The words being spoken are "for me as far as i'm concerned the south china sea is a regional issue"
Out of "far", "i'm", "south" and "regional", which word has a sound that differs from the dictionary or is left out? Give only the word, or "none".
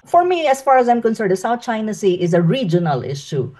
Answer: south